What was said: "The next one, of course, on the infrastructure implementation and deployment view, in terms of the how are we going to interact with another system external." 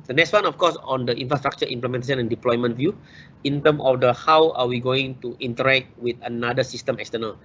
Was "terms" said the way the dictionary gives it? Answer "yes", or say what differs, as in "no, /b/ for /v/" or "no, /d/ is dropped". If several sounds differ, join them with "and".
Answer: no, /z/ is dropped